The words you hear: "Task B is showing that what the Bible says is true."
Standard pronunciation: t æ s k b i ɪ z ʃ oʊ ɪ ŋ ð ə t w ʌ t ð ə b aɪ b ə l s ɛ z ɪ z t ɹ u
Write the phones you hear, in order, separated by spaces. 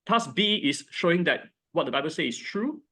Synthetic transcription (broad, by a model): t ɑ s b i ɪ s ʃ oʊ ɪ ŋ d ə t w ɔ t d ə b aɪ b ə l s ɛ ɪ s t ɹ u